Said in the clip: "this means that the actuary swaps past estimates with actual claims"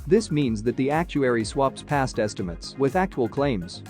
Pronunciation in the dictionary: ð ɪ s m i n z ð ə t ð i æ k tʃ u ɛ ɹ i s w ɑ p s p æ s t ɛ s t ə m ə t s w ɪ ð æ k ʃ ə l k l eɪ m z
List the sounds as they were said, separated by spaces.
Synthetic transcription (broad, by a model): ð ɪ s m i n z ð ə t ð i æ k tʃ u ɛ ɹ i s w ɑ p s p æ s t ɛ s t ə m ə t s w ɪ ð æ k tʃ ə l k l eɪ m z